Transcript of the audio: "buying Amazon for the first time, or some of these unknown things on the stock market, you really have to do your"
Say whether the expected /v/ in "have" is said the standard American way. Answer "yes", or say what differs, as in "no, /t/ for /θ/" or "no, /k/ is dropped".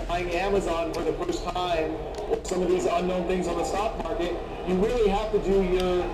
no, /f/ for /v/